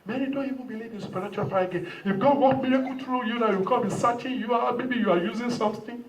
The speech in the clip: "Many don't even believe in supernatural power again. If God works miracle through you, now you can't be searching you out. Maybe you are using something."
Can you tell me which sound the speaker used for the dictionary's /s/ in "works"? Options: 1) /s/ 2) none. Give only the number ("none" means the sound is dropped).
2